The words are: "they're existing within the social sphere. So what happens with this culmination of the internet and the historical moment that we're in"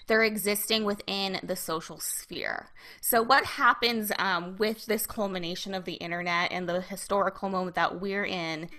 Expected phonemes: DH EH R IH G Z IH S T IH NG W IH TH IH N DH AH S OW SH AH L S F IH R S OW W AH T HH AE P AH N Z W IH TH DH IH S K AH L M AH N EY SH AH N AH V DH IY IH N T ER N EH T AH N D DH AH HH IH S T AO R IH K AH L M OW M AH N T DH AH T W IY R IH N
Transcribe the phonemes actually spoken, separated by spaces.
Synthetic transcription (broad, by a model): DH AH R IH G Z IH S T IH NG W IH TH IH N DH AH S OW SH L S F IH R S OW W AH T HH AE P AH N Z W IH DH IH S K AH L M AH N EY SH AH N AH V DH IY IH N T ER N EH T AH N DH AH HH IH S T AO R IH K L M OW M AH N DH AH T W IY R IH N